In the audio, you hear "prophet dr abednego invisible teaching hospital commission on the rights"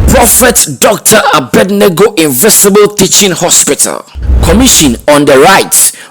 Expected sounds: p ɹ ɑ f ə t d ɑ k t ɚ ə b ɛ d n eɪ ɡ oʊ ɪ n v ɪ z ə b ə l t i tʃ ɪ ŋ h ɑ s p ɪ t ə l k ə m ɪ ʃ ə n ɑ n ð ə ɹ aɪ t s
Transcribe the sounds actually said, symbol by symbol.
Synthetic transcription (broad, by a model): p ɹ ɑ f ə t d ɑ k t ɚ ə b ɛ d n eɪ ɡ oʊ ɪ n v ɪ s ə b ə l t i tʃ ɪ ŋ h ɑ s p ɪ t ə l k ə m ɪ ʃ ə n ɑ n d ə ɹ aɪ t